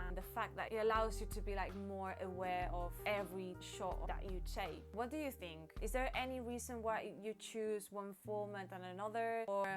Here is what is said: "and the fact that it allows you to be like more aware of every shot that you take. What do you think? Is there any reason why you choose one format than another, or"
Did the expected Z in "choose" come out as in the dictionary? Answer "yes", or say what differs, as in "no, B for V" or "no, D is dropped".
yes